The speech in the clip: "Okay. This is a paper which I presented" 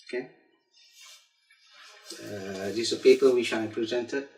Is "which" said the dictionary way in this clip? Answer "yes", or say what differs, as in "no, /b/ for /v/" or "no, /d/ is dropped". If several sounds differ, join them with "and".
no, /ʃ/ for /tʃ/